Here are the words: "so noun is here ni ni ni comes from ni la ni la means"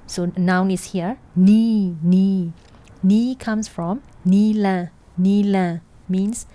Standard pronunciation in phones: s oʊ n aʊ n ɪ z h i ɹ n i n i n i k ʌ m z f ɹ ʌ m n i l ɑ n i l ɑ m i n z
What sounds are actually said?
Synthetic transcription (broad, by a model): s oʊ n aʊ n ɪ s h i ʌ n i n i n i k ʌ m s f ɹ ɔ m n i l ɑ n i l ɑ m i n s